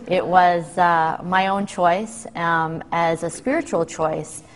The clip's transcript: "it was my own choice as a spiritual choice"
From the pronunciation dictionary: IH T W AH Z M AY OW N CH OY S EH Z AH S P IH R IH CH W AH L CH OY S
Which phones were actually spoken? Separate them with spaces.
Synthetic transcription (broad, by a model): IH T W AH Z M AY OW N CH OY S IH Z AH S P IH R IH CH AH L CH OY S